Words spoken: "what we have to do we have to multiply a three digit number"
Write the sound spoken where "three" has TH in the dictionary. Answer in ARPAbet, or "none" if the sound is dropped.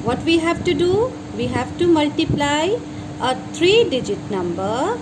T